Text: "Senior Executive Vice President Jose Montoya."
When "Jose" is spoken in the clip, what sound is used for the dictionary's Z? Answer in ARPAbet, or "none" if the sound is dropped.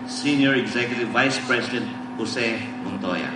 S